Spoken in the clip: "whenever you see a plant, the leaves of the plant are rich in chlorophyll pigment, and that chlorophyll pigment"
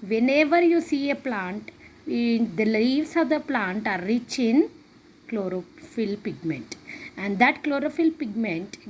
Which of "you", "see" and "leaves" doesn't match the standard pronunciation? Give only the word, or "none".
leaves